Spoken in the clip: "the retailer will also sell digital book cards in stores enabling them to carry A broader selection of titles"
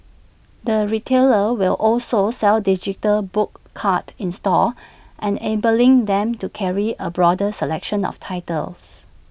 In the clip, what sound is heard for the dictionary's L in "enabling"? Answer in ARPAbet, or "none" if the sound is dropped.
L